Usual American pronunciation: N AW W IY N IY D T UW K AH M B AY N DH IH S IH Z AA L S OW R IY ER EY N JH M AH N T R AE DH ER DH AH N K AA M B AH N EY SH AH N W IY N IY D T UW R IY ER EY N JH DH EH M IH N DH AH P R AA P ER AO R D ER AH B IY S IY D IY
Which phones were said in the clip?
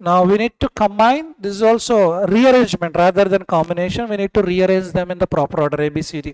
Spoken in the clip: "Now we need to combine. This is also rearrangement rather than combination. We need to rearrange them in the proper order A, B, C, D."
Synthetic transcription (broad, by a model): N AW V IY N IY D T UW K AH M B AY N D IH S IH Z AA L S OW R IY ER EY N JH M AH N T R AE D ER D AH N K AA M B AH N EY SH AH N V IY N IY D T UW R IY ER EY N JH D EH M IH N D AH P R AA P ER R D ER AH B IY S IY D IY